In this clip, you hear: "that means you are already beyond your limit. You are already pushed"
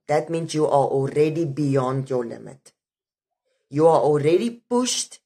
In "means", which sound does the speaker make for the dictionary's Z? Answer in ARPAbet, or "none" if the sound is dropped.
S